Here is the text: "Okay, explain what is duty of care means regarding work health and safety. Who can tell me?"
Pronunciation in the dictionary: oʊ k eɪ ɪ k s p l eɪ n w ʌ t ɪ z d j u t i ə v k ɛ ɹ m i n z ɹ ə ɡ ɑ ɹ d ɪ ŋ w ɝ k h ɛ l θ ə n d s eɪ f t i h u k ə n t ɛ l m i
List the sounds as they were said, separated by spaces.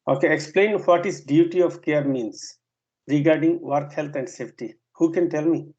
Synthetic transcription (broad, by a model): oʊ k eɪ ɪ k s p l eɪ n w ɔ t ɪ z d j u t i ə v k ɛ ɹ m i n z ɹ ə ɡ ɑ ɹ d ɪ ŋ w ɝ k h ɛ l t ə n d s eɪ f t i h u k ə n t ɛ l m i